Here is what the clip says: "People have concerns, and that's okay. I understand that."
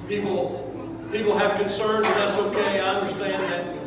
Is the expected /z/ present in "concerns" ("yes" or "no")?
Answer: no